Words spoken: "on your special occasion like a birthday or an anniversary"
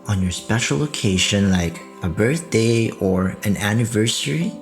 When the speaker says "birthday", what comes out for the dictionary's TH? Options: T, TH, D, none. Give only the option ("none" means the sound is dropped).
TH